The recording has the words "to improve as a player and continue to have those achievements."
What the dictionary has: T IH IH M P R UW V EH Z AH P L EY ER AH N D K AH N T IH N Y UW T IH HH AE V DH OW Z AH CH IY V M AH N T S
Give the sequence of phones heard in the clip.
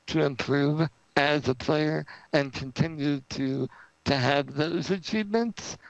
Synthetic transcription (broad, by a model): T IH IH M P R UW V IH Z AH P L EY ER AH N K AH N T IH N Y UW T IH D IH V DH OW Z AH CH IY V M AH N T S